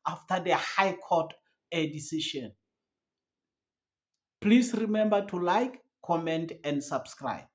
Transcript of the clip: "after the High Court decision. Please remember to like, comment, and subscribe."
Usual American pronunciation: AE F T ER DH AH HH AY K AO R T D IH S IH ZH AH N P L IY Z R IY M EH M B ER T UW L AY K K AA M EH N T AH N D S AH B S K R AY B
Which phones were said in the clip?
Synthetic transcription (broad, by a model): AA F T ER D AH HH AY K AO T D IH S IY SH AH N P L IY S R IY M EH M B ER T UW L AY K K AA M EH N T AH N D S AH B S K R AY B